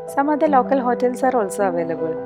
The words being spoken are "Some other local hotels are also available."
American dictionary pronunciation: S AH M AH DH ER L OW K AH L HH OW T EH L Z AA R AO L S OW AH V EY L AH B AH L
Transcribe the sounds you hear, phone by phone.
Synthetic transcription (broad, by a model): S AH M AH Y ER L OW K AH L HH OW T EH L AA R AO L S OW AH V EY L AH B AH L